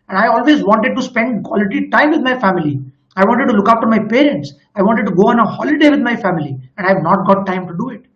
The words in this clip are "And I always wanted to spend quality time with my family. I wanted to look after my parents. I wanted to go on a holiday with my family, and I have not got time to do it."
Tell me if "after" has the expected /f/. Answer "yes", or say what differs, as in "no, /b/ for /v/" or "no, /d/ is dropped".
no, /p/ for /f/